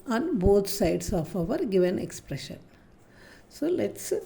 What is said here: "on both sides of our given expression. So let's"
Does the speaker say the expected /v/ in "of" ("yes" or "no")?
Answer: yes